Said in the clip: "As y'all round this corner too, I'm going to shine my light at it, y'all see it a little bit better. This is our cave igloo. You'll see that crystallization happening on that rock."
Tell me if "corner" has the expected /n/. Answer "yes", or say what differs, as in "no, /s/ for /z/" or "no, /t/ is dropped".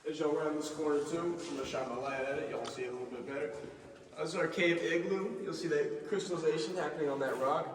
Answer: no, /n/ is dropped